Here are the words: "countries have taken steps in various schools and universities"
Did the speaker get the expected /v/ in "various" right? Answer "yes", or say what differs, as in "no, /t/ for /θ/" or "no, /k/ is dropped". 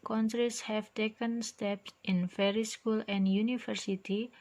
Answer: no, /f/ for /v/